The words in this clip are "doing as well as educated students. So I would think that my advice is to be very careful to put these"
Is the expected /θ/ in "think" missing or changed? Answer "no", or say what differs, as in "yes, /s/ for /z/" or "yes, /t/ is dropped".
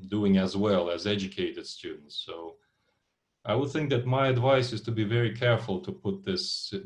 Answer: no